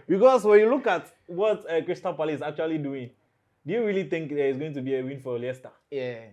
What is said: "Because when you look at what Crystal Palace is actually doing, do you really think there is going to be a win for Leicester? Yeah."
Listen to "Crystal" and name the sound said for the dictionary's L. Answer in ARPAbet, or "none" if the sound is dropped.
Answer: N